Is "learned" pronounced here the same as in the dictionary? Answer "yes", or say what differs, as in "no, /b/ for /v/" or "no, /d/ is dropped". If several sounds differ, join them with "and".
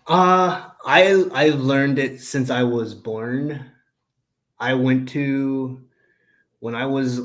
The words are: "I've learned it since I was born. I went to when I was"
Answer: yes